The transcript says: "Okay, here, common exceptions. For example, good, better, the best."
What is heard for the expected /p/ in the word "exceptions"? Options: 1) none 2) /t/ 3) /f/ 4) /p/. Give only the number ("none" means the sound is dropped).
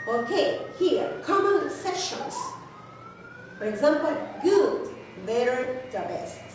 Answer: 1